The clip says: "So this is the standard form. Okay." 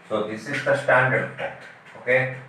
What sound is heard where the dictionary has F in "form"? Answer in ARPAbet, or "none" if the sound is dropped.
P